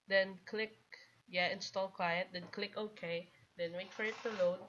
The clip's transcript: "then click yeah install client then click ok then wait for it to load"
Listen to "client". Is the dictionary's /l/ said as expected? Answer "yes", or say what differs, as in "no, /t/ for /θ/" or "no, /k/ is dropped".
no, /w/ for /l/